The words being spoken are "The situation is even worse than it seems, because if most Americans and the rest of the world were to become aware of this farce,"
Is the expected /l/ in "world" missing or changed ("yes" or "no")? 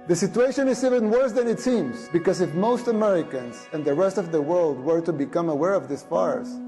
no